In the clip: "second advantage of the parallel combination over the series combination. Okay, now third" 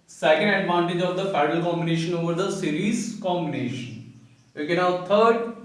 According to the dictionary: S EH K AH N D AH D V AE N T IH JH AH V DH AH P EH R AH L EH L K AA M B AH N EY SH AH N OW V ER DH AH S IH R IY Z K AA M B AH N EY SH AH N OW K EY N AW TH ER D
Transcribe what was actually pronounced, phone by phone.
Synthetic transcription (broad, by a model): S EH K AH N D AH D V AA N T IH JH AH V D AH F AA AH N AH L K AA M B AH N EY SH AH N OW V ER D AH S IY R IY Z K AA M B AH N EY SH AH N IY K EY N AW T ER D